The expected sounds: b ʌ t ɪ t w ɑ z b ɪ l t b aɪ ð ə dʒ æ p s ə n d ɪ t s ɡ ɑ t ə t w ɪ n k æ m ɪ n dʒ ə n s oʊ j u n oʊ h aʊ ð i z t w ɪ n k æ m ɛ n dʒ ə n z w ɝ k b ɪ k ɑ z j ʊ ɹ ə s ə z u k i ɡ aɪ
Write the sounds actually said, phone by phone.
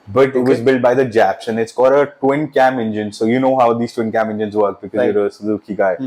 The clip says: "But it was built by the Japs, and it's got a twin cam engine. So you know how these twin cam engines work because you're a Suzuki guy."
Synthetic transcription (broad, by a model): b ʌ t ɪ t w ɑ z b ɪ l t b aɪ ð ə dʒ æ p s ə n ɪ t s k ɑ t ə t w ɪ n k æ m ɪ n dʒ ə n s oʊ j u n oʊ h aʊ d i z t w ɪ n k æ m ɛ n dʒ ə n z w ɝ k b ɪ k ɑ z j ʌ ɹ ə s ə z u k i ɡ aɪ